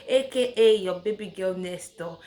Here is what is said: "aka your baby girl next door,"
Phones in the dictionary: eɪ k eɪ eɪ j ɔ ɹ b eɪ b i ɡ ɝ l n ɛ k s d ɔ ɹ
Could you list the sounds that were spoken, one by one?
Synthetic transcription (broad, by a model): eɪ k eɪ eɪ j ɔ b eɪ b i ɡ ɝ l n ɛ s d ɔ